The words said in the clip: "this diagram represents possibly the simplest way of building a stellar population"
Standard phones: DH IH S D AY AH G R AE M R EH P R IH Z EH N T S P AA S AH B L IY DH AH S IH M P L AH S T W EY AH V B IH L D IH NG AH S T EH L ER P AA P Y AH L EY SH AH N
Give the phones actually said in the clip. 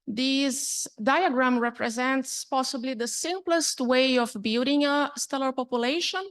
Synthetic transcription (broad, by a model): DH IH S D AY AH G R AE M R EH P R IH Z EH N T S P AA S AH B L IY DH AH S IH M P L AH S T W EY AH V B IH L D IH NG AH S T EH L ER P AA P Y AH L EY SH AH N